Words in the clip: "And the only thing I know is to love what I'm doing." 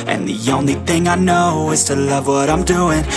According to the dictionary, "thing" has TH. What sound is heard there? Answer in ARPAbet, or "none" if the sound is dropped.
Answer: TH